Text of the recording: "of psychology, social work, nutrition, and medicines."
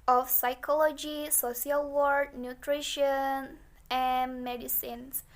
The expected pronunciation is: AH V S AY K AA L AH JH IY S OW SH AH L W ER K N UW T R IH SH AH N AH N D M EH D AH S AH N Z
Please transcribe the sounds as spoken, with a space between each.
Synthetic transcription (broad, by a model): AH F S AY K AA L AH JH IY S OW S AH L W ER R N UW T R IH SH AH N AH N M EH D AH S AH N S